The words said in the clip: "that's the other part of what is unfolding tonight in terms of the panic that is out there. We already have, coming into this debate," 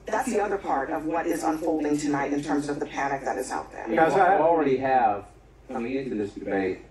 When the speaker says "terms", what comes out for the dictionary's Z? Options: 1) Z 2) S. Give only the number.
1